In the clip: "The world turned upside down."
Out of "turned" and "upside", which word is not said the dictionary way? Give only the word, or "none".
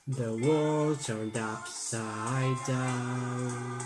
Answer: none